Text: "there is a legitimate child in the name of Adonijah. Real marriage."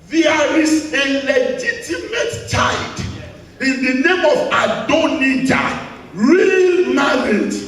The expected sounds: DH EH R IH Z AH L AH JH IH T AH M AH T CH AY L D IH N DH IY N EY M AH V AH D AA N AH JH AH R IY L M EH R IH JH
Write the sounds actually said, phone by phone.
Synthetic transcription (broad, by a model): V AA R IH S AH L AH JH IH T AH M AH T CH AY D IH N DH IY N EY M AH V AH D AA N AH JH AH R IY L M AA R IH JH